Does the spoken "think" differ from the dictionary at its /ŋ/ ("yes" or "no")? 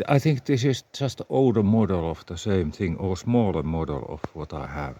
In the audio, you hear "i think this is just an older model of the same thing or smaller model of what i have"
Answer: no